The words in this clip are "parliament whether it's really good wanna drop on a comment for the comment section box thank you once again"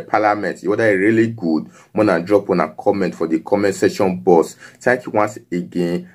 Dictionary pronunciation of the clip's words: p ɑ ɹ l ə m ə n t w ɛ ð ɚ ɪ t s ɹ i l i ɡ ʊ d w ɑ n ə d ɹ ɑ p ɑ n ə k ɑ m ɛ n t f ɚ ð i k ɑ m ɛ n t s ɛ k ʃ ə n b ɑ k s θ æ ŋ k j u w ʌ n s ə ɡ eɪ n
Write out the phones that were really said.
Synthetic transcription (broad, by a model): p ɑ l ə m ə n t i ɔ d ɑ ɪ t ɹ i l i ɡ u d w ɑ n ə d ɹ ɑ p ɑ n ə k ɑ m ɛ n t f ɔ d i k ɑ m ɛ n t s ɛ ʃ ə n b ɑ s t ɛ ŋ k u w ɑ n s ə ɡ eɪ n